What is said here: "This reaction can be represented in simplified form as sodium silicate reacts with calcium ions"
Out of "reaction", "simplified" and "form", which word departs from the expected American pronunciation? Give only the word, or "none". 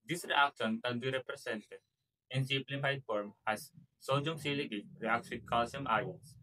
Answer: simplified